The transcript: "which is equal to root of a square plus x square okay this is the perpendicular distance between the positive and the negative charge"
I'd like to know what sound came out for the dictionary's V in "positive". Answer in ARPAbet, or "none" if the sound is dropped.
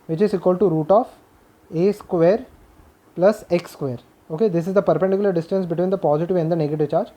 V